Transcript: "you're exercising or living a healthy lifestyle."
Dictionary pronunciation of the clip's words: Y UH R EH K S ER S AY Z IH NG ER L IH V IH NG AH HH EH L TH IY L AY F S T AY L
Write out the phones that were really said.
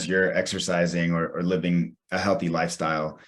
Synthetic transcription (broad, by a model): Y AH R EH K S ER S AY Z IH NG ER L IH V IH NG AH HH EH L TH IY L AY F S T AY L